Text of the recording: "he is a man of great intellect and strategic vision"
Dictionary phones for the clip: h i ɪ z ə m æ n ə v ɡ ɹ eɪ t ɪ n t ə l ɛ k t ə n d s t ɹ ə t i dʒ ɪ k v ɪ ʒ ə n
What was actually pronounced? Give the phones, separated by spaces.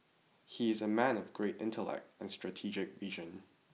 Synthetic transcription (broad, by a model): h i ɪ z ə m æ n ə v ɡ ɹ eɪ t ɪ n t ə l ɛ k t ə n s t ɹ ə t i dʒ ɪ k v ɪ ʒ ə n